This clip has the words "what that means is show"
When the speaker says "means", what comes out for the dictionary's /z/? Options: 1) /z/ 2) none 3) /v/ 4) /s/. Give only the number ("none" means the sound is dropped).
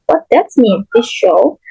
2